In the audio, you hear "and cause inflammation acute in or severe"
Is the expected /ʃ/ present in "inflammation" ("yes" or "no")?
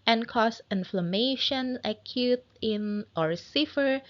yes